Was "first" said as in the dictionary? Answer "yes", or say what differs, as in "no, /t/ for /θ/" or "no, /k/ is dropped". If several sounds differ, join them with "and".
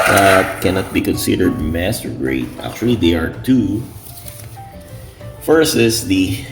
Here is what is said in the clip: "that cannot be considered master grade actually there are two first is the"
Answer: no, /t/ is dropped